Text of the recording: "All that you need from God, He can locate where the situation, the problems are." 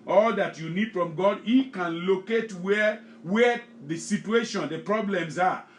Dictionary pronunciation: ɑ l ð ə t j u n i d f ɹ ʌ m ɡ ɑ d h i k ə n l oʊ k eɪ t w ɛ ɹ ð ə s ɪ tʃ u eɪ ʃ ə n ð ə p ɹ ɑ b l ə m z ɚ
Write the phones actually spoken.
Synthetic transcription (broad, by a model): ɑ l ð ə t j u n i d f ɹ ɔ m ɡ ɑ d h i k ə n l oʊ k eɪ t w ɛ w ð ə s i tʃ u eɪ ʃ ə n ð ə p ɹ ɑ b l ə m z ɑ